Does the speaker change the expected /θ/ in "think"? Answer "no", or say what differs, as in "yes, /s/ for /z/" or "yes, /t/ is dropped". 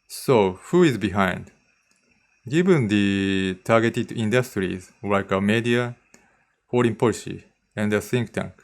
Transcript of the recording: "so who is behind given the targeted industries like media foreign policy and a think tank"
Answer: yes, /s/ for /θ/